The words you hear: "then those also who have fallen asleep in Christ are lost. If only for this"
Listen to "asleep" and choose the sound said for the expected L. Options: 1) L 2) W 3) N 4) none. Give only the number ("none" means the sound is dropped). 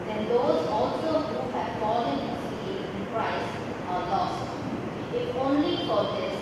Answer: 4